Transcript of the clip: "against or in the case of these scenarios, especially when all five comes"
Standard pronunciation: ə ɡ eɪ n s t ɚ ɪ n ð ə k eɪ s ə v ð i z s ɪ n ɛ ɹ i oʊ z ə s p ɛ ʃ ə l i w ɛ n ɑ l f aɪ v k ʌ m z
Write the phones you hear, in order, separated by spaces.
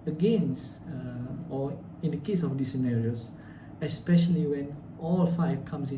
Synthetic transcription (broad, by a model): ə ɡ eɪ n s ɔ ɪ n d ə k eɪ s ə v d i s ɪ n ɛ ɹ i oʊ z ə s p ɛ ʃ ə l i w ɛ n ɑ l f aɪ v k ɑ m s